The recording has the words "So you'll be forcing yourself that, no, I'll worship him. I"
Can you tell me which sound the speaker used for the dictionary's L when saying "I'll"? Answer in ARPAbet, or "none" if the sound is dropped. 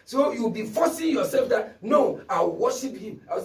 W